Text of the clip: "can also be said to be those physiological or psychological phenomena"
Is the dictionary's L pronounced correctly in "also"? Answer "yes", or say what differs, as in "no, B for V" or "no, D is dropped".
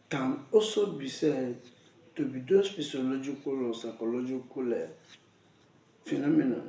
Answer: no, L is dropped